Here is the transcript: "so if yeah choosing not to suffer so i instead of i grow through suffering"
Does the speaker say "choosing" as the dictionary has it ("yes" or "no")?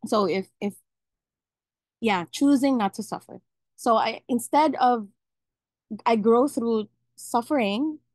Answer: yes